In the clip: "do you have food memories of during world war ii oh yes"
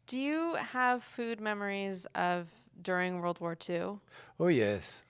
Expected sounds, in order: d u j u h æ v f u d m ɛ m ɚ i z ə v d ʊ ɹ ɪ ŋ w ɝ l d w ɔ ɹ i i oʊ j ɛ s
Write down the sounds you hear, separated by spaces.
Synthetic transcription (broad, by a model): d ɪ j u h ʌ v f u d m ɛ m ɚ i z ə v d ʊ ɹ ɪ ŋ w ɝ l d w ɔ ɹ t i oʊ j ɛ s